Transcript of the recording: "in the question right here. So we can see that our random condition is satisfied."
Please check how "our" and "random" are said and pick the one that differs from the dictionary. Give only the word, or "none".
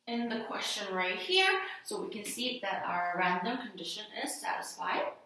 none